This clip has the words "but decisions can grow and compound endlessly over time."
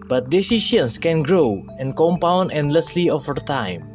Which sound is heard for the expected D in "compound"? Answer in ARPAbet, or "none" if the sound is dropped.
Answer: D